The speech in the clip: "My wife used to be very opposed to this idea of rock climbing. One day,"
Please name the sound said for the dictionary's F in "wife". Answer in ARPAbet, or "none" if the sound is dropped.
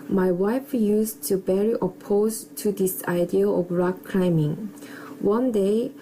F